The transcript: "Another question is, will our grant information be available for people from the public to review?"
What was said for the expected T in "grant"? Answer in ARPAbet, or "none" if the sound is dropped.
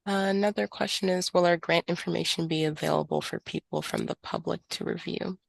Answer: T